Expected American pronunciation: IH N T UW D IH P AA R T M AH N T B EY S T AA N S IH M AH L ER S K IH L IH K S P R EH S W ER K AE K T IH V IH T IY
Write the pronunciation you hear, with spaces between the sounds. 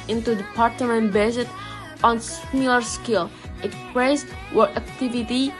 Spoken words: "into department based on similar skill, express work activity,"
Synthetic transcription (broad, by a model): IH N T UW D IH P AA R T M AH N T B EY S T AA N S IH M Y L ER S K IH L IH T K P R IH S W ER AE K T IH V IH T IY